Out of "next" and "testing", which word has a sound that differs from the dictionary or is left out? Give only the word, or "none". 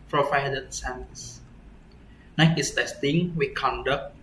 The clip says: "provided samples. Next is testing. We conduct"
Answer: next